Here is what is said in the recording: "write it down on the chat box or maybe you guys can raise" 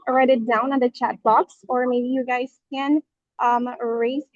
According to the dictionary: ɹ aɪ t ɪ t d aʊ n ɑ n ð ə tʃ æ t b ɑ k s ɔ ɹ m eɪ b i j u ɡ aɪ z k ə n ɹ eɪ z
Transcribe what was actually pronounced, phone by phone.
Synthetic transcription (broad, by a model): ɹ aɪ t ɪ t d aʊ n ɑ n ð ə tʃ æ t b ɑ k s ɔ ɹ m eɪ b i j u ɡ aɪ z k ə n ɹ eɪ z